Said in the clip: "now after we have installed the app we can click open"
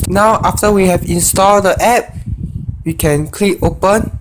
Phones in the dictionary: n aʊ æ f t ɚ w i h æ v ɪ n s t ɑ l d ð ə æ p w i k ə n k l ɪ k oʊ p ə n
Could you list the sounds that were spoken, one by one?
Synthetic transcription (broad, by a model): n aʊ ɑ f t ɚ w i h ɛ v ɪ n s t ɑ l d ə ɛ p w i k ə n k l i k oʊ p ə n